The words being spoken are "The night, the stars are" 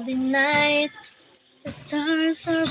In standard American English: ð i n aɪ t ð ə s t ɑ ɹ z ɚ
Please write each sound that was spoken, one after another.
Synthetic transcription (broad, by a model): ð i n aɪ t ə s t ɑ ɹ s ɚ